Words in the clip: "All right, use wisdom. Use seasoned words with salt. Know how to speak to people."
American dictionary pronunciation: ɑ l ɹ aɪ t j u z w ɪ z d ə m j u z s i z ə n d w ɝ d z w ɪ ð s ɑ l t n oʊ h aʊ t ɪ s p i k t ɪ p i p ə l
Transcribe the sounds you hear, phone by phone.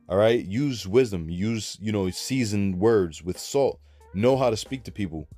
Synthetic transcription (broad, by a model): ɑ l ɹ aɪ t j u z w ɪ z d ə m j u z s i z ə n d w ɝ d z w ɪ ð s ɑ l t n oʊ h aʊ t ɪ s p i k t ɪ p i p l